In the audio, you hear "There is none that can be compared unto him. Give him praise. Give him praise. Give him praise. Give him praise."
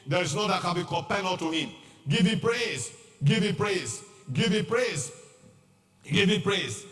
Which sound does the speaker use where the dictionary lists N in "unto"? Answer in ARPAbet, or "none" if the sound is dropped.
none